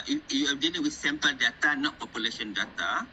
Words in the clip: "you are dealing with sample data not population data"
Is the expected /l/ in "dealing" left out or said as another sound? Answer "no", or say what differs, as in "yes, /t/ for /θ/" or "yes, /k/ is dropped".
yes, /n/ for /l/